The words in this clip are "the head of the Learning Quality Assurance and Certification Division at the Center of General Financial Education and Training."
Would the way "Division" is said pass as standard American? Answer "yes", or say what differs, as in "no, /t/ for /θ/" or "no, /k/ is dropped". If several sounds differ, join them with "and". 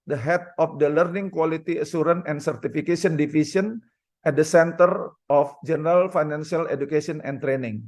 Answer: no, /s/ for /ʒ/